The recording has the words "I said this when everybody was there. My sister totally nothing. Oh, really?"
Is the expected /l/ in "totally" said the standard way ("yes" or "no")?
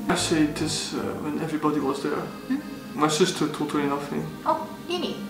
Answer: no